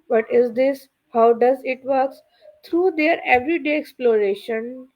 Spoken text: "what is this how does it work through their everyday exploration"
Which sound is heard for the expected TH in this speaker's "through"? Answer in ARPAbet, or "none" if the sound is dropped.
S